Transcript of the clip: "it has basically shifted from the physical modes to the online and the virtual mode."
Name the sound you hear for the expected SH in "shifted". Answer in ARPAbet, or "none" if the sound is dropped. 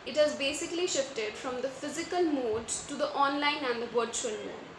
SH